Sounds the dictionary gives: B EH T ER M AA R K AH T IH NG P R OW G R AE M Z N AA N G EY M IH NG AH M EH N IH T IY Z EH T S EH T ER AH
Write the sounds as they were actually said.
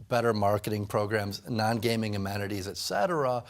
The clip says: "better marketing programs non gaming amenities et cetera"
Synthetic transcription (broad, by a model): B EH T ER M AA R K AH T IH NG P R OW G R AE M Z N AA N G EY M IH NG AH M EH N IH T IY Z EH T S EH T ER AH